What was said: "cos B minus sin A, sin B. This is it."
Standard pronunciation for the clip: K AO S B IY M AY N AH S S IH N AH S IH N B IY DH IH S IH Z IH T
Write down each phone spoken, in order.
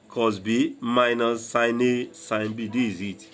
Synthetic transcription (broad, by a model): K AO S B IY M AY N AH S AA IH N AH S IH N B IY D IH IH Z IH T